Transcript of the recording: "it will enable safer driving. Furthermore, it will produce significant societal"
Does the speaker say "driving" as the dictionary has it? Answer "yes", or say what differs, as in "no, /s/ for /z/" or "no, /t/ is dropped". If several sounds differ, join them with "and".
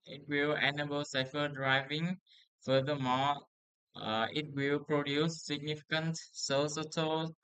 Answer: yes